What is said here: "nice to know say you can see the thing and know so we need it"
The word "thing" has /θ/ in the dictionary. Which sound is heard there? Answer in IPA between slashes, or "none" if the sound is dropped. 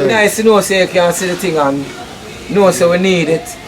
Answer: /t/